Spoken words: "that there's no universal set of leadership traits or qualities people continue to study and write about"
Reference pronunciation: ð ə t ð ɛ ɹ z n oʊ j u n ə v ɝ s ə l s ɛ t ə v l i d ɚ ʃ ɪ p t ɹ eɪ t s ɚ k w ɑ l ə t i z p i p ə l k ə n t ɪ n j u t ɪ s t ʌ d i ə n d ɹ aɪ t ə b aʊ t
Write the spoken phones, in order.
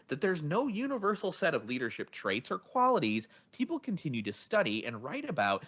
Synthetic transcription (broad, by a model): ð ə t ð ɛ ɹ z n oʊ j u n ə v ɝ s l s ɛ t ə v l i d ɚ ʃ ɪ p t ɹ eɪ t s ɚ k w ɑ l ə t i z p i p l k ə n t ɪ n j u t ɪ s t ʌ d i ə n ɹ aɪ t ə b aʊ t